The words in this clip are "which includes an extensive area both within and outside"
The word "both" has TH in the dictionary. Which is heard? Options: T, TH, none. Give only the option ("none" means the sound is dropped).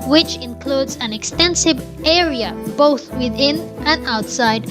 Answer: TH